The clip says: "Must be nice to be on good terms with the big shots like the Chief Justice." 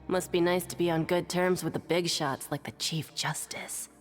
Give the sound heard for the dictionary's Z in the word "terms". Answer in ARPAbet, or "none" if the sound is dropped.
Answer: Z